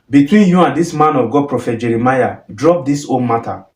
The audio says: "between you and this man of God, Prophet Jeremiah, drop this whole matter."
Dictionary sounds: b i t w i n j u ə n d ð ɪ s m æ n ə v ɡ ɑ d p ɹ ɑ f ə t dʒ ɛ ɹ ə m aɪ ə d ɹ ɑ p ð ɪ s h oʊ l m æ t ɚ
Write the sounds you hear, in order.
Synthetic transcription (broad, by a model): b i t w i n j u ə n d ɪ s m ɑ n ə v ɡ ɑ d p ɹ ɑ f ə t dʒ ɛ ɹ ə m aɪ ə d ɹ ɑ p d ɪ s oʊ n m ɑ t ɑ